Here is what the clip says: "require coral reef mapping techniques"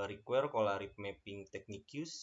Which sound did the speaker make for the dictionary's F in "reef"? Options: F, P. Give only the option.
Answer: P